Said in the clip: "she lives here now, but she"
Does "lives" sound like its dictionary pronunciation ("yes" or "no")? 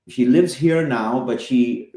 yes